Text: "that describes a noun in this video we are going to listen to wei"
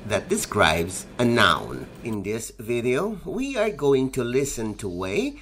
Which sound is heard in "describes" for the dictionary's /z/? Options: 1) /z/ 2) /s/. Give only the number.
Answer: 1